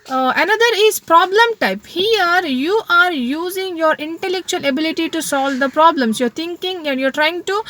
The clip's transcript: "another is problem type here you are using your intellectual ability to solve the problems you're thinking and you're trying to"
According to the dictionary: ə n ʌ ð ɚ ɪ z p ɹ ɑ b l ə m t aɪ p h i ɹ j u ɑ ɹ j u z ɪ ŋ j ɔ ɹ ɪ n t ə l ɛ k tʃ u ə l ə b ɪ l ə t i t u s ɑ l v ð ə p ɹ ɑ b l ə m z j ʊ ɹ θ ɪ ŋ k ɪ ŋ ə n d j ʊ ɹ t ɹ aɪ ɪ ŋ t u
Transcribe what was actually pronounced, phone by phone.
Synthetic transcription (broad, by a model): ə n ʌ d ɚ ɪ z p ɹ ɑ b l ə m t aɪ p h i ɹ j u ɑ ɹ j u z ɪ ŋ j ɔ ɹ ɪ n t ə l ɛ k tʃ u ə l ə b ɪ l ə t i t u s ɑ l v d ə p ɹ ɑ b l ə m s j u ɹ t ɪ ŋ k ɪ ŋ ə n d j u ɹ t ɹ aɪ ɪ ŋ t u